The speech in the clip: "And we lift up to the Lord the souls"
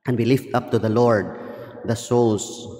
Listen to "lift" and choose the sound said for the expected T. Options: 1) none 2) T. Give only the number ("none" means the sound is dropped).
2